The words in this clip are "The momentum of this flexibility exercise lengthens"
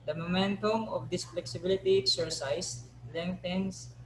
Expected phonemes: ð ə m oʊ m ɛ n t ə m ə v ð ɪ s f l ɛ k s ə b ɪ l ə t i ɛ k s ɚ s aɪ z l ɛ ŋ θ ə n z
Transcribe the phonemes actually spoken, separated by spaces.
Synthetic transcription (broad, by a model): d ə m oʊ m ɛ n t ə m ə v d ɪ s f l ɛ k s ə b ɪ l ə t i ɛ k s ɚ s aɪ s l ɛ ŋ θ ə n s